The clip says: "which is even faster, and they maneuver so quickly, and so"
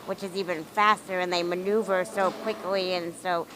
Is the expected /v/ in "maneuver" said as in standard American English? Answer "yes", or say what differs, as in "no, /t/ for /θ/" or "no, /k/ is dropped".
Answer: yes